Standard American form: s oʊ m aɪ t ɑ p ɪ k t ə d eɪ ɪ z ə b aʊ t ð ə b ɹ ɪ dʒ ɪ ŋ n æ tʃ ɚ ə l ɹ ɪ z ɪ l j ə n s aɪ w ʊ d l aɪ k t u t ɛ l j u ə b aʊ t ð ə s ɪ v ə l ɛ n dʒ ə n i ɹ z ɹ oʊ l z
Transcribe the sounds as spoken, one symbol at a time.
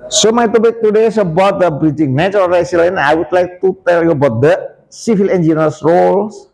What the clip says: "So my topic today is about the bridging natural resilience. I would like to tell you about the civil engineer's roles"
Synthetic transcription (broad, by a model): s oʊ m aɪ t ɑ b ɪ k t ə d eɪ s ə b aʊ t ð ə b ɹ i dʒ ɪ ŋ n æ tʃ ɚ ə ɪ s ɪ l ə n aɪ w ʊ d l aɪ k t u t ɛ l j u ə b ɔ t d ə s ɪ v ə l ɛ n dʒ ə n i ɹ s ɹ oʊ l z